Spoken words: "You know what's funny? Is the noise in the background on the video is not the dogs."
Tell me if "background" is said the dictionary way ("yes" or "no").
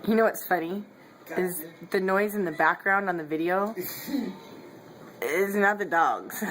yes